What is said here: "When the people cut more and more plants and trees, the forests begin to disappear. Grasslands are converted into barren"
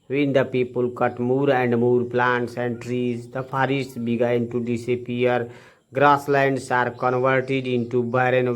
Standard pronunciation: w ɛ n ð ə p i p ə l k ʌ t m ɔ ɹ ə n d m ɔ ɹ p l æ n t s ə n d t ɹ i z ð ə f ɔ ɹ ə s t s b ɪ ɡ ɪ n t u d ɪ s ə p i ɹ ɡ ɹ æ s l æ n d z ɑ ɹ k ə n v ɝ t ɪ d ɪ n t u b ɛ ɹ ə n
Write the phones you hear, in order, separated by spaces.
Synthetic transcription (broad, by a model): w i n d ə p i p ə l k ʌ t m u ɹ ə n d m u ɹ p l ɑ n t s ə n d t ɹ i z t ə p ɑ ɹ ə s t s b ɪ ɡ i n t u d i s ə p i ɹ ɡ ɹ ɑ s l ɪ n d s ɑ ɹ k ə n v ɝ t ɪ d ɪ n t u b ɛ ɹ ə n